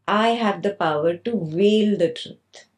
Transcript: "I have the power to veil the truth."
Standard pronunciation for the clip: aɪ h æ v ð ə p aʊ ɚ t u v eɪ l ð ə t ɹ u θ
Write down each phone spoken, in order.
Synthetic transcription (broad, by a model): aɪ h æ v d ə p aʊ ɚ t u v eɪ l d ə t ɹ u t